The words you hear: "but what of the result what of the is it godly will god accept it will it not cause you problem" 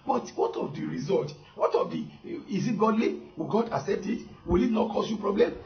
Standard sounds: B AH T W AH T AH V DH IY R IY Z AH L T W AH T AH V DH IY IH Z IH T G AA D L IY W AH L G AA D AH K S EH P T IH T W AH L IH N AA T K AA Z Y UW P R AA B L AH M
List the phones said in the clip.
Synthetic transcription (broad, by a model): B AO T W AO T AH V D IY R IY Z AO L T W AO T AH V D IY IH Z IH T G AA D L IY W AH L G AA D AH S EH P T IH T W AH L IH N AA T K AA S Y UW P R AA B L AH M